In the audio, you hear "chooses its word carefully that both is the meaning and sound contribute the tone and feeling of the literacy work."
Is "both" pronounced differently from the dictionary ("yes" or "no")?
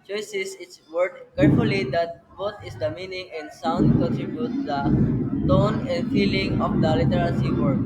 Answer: yes